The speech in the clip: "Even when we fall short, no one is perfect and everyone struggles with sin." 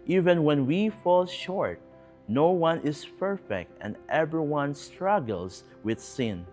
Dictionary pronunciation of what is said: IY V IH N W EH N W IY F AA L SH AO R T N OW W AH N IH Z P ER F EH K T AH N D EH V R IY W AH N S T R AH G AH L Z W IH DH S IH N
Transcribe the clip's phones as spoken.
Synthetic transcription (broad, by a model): IY V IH N W EH N W IY F AA L SH AO R T N OW W AH N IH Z P ER F EH K T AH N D EH V R IY W AH N S T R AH G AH L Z W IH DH S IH N